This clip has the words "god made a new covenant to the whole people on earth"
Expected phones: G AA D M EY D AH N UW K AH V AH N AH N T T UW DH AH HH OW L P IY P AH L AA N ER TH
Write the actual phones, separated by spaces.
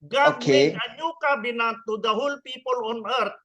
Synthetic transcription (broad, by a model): G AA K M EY AH N UW K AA B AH N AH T T UW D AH HH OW L P IY P AH L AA N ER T